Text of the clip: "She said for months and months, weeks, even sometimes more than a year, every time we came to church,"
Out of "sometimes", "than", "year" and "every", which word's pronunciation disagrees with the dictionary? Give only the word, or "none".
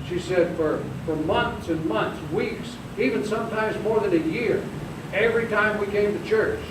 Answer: none